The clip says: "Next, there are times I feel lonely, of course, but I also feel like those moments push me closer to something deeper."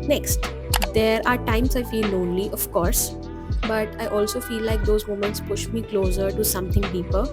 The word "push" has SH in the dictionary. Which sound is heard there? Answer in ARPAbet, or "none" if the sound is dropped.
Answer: SH